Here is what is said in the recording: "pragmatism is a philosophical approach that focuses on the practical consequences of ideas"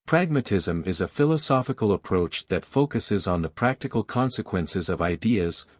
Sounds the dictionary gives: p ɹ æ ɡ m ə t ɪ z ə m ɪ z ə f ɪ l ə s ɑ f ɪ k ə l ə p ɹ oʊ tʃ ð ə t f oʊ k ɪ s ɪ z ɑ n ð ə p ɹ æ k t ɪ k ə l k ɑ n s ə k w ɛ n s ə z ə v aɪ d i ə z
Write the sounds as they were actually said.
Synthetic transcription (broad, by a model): p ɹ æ ɡ m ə t ɪ z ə m ɪ z ə f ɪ l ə s ɑ f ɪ k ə l ə p ɹ oʊ tʃ ð ə t f oʊ k ɪ s ɪ z n ð ə p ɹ æ k t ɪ k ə l k ɑ n s ə k w ɛ n s ə z ə v aɪ d i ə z